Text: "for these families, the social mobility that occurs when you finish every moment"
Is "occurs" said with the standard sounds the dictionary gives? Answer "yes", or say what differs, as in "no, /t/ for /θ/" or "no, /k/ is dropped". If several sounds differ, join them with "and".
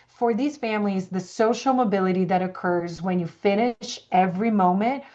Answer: yes